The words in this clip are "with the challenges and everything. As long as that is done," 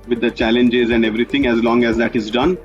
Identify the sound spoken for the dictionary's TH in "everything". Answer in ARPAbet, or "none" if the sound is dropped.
T